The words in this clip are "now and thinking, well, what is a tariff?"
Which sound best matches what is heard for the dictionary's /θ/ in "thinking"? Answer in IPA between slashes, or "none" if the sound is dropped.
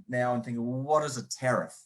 /θ/